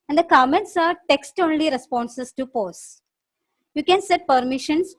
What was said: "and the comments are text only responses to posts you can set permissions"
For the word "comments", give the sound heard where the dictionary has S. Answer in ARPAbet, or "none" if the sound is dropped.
S